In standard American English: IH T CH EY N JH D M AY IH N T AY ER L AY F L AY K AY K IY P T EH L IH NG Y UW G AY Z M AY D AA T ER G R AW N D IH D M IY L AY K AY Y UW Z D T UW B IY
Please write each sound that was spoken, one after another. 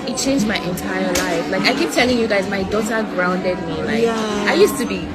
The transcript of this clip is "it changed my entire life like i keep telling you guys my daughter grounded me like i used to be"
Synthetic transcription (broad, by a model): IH T CH EY N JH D M AY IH N T AY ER L AY F L AY K AY K IY P T EH L IH NG Y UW G AY Z M AY D AA T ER G R AW N D IH D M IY L AY AY Y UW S T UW B IY